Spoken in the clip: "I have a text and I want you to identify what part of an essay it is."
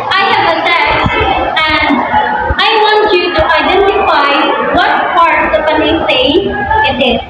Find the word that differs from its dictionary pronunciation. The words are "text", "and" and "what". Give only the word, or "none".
text